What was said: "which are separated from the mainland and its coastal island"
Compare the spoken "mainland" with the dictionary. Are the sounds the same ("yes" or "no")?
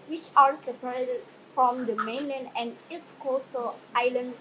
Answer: yes